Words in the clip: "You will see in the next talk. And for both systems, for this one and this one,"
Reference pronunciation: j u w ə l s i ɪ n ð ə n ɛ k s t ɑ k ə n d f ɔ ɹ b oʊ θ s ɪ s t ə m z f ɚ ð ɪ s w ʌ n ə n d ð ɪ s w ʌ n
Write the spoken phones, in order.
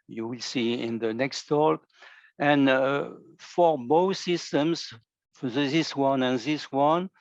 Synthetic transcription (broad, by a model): j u w ə l s i ɪ n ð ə n ɛ k s t ɑ k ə n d f ɔ ɹ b oʊ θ s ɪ s t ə m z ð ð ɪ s w ʌ n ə n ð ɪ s w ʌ n